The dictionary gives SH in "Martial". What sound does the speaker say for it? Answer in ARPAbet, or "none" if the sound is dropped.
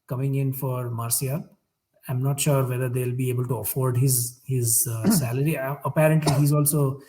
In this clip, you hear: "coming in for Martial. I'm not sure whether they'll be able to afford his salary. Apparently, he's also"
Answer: S